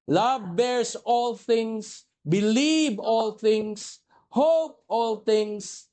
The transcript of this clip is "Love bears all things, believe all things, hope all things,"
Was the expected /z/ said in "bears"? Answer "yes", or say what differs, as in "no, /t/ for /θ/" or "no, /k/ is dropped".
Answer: no, /s/ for /z/